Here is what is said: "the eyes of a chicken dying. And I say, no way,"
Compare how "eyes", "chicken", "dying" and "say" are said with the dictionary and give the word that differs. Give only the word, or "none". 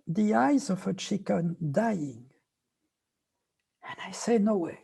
none